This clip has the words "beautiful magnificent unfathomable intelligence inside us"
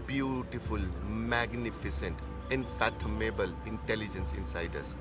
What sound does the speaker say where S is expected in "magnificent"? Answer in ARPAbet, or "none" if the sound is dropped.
S